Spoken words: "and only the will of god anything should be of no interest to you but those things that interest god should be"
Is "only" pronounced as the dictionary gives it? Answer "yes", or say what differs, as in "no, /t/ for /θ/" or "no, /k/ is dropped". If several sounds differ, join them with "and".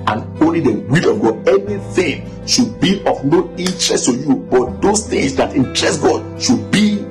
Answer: yes